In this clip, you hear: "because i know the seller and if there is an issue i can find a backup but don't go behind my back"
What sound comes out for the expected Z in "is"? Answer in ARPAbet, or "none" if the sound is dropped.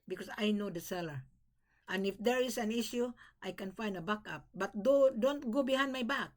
S